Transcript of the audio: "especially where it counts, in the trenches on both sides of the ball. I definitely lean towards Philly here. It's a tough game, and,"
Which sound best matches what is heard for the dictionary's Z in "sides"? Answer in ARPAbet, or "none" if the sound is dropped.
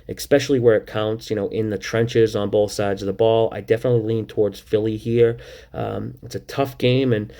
Z